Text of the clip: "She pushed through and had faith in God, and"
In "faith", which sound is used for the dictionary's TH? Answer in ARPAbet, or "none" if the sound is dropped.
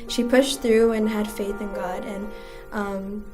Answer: TH